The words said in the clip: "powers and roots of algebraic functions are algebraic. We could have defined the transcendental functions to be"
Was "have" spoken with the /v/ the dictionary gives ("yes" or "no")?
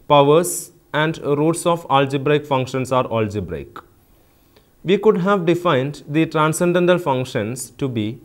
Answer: yes